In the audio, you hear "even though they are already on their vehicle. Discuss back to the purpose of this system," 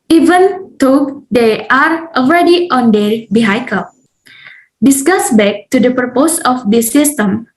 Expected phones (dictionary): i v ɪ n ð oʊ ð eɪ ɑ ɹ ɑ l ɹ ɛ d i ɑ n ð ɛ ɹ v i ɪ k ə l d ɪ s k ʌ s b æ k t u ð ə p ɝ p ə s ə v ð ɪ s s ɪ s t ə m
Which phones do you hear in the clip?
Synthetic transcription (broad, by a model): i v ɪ n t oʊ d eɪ ɑ ɹ ɑ l ɹ ɛ d i ɑ n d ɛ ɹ b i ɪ k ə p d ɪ s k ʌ s b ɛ k t u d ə p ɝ p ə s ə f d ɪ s s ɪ s t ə m